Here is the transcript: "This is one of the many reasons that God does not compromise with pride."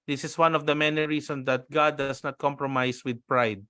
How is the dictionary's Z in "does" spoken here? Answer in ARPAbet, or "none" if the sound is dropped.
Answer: S